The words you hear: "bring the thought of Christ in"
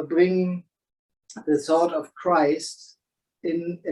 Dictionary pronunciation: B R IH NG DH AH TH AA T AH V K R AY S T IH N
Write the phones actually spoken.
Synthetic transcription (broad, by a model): B R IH NG DH AH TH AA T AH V K R AY S T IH N